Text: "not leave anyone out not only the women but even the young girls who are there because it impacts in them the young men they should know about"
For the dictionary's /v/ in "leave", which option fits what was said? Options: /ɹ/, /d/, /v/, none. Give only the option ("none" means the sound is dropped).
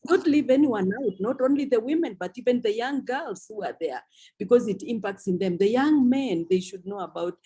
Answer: /v/